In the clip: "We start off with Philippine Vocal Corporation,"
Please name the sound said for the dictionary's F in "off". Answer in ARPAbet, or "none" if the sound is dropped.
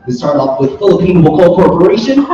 P